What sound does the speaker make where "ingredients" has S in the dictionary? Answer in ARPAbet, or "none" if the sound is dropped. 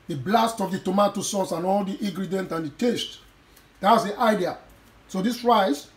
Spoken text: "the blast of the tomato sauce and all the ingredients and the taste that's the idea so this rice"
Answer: none